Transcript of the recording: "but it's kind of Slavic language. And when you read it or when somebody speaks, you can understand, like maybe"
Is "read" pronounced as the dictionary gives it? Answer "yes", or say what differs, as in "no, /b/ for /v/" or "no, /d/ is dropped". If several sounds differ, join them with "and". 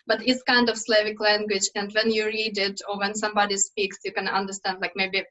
yes